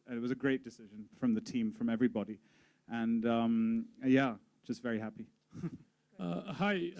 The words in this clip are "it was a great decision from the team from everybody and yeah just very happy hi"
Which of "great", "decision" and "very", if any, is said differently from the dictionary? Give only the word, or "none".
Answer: none